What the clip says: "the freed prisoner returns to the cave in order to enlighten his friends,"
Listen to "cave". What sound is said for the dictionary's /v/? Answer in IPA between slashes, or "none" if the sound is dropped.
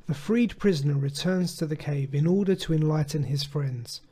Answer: /v/